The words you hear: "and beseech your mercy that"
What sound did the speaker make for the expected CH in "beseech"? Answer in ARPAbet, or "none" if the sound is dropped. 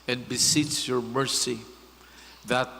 S